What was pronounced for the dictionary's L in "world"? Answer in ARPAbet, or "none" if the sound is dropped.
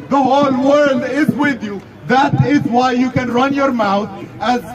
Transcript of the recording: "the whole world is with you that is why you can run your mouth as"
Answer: L